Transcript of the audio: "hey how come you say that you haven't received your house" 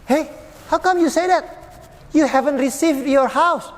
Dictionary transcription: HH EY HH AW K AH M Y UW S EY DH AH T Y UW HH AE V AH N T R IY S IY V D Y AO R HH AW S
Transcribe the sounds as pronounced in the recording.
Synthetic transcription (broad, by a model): HH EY HH AW K AH M Y UW S EY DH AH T Y UW HH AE V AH N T R IY S IY V D Y AO R HH AW S